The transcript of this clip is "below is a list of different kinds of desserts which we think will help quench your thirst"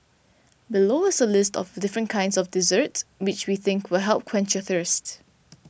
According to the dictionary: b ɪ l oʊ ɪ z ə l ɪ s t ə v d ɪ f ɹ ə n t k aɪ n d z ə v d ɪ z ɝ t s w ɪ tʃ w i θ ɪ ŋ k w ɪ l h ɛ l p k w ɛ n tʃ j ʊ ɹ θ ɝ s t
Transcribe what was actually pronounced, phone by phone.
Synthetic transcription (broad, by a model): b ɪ l oʊ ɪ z ə l ɪ s t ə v d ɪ f ɹ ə n k aɪ n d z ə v d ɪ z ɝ t s w ɪ tʃ w i θ ɪ ŋ k w ɪ l h ɛ l p k w ɛ n tʃ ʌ θ ɝ s t